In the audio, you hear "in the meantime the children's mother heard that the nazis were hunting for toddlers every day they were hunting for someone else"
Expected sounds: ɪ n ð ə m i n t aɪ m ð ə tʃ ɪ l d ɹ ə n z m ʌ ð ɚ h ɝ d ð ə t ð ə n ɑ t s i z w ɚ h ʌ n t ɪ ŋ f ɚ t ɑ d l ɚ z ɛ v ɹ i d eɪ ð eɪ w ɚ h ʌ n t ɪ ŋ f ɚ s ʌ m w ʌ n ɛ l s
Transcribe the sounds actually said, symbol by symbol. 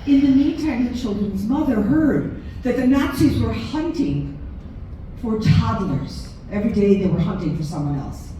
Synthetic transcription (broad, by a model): ɪ n ð ə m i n t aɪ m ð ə tʃ ɪ l d ɹ ə n z m ʌ ð ɚ h ɝ d ð ə t ð ə n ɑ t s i z w ɚ h ʌ n t ɪ ŋ f ɚ t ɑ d l ɚ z ɛ v ɹ i d eɪ ð eɪ w ɚ h ʌ n t ɪ ŋ f ɚ s ʌ m w ʌ n ɛ l s